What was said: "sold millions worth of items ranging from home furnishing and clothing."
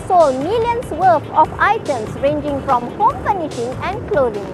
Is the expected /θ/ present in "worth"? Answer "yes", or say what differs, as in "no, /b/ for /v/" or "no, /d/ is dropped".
no, /f/ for /θ/